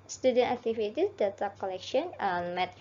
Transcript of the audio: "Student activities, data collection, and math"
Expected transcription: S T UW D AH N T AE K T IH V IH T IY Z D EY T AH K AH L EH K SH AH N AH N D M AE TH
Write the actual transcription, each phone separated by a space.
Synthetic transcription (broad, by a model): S T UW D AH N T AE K T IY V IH T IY D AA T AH K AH L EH K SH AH AH N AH M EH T